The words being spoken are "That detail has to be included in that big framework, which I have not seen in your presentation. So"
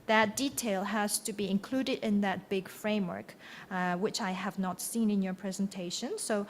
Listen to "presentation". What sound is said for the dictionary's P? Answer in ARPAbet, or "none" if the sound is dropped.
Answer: P